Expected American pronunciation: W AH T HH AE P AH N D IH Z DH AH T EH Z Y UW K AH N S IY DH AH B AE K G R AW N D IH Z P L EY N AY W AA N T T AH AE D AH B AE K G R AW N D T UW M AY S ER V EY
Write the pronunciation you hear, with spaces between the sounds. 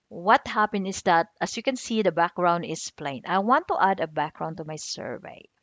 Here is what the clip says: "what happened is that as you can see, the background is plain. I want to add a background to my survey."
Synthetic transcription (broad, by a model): W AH T HH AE P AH N IH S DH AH T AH S Y UW K AH N S IY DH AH B AE K G R AW N D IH S P L EY N AY W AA N T T AH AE D AH B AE K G R AW N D T UW M AY S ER V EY